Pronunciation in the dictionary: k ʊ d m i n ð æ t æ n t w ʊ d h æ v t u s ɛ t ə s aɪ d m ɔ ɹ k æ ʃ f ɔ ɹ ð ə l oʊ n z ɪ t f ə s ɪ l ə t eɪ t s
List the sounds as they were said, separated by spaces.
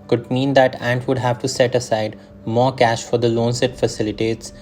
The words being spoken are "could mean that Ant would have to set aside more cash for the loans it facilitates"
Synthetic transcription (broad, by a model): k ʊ d m i n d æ t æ n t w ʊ d h æ v t u s ɛ t ə s aɪ d m ɔ ɹ k æ ʃ f ɔ ɹ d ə l oʊ n s ɪ t f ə s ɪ l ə t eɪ t s